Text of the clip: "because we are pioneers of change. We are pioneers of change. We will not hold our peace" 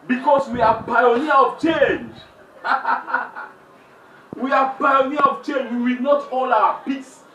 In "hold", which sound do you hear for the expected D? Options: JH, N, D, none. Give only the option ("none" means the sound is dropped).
none